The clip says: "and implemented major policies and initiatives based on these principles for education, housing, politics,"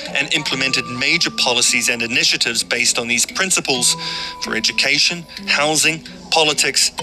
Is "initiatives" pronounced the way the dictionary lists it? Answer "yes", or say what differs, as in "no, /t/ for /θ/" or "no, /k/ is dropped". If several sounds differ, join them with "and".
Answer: yes